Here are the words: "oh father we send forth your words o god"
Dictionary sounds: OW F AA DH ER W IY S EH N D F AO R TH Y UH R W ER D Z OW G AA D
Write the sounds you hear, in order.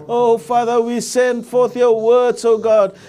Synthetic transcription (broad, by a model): OW F AA DH ER W IY S EH N D F AO R TH Y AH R W ER D Z OW G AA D